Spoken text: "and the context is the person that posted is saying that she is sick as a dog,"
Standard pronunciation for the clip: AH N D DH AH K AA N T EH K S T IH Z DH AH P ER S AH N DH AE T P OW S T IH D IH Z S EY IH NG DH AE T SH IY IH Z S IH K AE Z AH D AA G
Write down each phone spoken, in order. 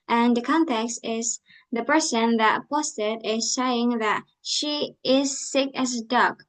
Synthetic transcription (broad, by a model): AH N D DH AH K AA N T EH K S T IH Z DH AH P ER S AH N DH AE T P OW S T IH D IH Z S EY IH NG DH AE T SH IY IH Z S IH K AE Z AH D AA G